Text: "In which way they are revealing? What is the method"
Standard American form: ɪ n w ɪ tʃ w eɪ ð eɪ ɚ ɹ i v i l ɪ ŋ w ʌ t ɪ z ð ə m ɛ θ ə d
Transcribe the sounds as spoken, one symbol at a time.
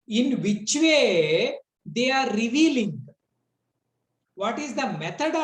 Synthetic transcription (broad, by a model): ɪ n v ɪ tʃ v eɪ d eɪ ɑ ɹ i v i l ɪ ŋ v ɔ t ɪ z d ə m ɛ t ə d